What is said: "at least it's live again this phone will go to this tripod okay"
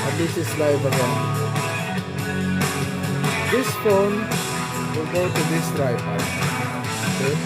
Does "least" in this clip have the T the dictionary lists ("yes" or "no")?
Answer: no